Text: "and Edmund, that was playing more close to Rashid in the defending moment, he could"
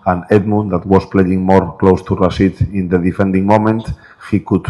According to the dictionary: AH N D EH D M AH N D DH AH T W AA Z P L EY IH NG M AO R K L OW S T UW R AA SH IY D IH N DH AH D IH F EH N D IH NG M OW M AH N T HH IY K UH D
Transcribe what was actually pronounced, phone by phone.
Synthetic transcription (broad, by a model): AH N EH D M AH N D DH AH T W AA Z P L EY IH NG M AO R K L OW S T UW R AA S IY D IH N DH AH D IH F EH N D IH NG M OW M AH N T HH IY K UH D